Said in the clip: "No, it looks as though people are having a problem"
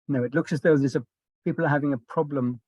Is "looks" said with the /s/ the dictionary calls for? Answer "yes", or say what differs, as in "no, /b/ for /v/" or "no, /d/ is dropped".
yes